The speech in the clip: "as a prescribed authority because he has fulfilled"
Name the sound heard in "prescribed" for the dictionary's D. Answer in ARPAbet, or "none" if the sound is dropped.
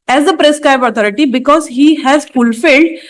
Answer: none